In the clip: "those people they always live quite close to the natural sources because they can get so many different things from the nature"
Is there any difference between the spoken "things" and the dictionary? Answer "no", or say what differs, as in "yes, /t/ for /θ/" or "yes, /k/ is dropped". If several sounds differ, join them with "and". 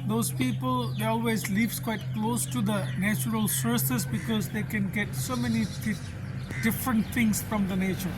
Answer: yes, /t/ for /θ/